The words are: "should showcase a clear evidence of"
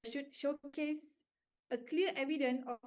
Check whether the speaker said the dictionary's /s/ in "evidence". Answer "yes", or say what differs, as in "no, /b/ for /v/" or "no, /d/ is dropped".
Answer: no, /s/ is dropped